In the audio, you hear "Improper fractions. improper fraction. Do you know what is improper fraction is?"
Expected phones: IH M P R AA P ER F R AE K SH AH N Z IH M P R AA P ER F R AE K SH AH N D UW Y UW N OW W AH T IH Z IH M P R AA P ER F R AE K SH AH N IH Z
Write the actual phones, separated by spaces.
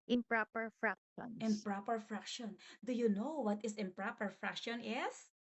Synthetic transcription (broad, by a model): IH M P R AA P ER F R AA K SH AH N IH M P R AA P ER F R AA K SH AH N D UW Y UW N OW W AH T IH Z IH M P R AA P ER F R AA K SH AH N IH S